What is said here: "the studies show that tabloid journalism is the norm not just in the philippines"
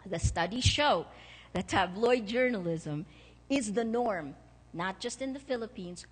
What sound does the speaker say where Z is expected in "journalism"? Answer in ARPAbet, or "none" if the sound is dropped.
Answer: Z